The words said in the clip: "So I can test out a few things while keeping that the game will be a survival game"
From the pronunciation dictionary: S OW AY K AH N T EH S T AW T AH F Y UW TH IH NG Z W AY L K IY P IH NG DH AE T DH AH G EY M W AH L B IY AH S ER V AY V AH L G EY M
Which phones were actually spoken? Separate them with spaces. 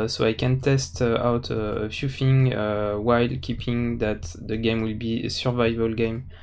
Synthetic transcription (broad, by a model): S OW AY K AH N T EH S T AW T AH F Y UW F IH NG W AY L K IY P IH NG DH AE T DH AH G EY M W AH L B IY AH S ER V AY V AH L G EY M